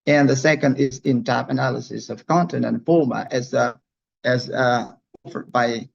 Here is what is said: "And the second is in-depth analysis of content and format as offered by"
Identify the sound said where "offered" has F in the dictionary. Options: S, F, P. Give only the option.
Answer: F